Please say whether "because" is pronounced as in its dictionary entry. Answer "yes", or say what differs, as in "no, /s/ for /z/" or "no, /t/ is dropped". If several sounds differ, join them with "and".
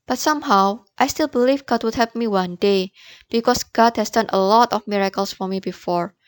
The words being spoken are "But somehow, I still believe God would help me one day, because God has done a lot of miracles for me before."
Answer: no, /s/ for /z/